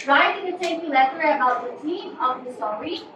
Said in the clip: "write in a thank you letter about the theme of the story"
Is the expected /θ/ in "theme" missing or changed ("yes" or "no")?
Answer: yes